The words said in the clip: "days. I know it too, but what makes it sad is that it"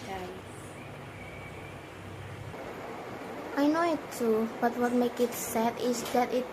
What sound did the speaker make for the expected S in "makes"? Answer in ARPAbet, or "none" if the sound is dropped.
none